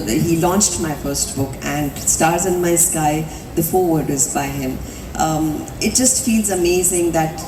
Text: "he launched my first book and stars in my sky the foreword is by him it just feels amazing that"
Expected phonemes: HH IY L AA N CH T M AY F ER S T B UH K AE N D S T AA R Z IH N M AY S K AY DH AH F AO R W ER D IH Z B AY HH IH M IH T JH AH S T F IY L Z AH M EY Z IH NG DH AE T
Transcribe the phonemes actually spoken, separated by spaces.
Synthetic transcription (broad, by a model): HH IY L AA N CH T M AY F ER S T B UH K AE N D S T AA R Z IH N M AY S K AY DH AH F AO R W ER D IH Z B AY HH IH M IH T JH AH S T F IY L Z AH M EY Z IH NG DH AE T